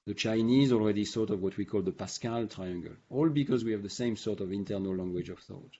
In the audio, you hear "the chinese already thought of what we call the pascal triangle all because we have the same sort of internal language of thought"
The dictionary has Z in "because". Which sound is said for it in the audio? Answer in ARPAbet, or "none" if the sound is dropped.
Z